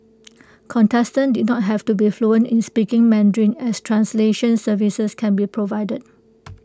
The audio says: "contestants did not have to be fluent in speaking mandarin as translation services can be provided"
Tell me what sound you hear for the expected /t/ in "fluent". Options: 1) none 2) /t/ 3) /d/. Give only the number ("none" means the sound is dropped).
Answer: 1